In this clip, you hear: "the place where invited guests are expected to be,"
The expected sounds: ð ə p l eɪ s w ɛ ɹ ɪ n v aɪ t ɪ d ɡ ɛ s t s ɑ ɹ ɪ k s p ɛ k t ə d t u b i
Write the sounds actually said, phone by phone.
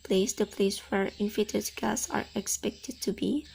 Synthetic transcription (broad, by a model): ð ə p l eɪ s w ɛ ɹ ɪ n f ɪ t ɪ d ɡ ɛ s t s ɑ ɹ ɪ k s p ɛ k t ə d t u b i